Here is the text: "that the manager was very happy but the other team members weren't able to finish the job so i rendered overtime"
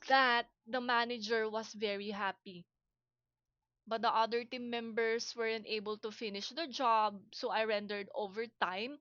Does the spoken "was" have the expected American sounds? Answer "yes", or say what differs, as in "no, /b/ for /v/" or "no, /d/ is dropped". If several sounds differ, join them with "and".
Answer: no, /s/ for /z/